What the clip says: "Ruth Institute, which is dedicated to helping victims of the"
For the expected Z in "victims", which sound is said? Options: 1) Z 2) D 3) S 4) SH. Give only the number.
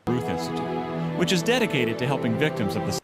1